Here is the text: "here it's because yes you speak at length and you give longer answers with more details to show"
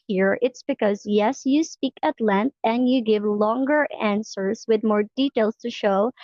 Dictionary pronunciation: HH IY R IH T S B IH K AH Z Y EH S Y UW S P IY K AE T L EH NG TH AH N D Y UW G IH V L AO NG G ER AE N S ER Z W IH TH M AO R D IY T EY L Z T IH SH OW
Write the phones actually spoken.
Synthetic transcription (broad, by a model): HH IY R IH T S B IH K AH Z Y EH S Y UW S P IY K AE T L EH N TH AH N D Y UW G IH V L AO NG G ER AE N S ER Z W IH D M AO R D IY T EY L S T IH SH OW